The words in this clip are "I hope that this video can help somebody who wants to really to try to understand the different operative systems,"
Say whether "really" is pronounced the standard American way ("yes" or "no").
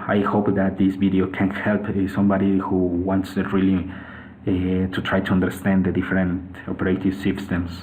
no